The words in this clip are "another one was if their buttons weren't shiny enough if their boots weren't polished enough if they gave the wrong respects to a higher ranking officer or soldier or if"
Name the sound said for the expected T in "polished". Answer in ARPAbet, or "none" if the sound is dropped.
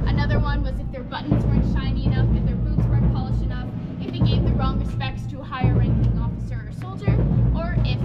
none